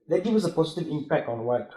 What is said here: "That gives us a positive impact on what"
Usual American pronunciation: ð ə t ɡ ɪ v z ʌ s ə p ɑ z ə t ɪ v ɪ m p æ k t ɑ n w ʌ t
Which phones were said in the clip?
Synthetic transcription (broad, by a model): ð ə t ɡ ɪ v ʌ s ə p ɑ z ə t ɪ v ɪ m p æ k t ɑ n w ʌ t